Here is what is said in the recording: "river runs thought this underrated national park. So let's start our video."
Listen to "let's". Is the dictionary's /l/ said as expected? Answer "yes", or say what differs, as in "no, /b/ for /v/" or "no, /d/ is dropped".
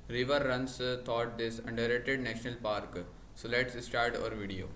yes